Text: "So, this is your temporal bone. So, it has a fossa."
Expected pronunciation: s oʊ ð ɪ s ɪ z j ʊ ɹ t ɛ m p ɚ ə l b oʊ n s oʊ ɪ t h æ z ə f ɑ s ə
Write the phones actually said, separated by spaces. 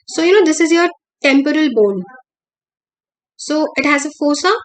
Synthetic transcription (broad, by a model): s oʊ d ɪ s ɪ z j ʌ ɹ t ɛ m p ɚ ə l b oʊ l s oʊ ɪ t h æ z ə f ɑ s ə